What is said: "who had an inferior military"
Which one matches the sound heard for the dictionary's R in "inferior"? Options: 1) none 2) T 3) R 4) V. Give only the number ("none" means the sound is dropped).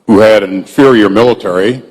3